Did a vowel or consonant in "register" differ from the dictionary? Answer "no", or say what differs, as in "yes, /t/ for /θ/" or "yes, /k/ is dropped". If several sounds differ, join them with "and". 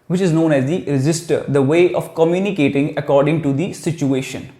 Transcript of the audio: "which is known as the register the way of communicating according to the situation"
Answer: yes, /z/ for /dʒ/